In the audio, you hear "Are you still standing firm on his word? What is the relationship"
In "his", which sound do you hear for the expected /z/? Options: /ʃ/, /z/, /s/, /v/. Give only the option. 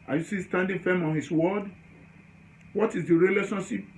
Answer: /s/